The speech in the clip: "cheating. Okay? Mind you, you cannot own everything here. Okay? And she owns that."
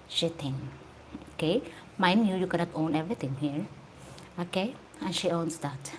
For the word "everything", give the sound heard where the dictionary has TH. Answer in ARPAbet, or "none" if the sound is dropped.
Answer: T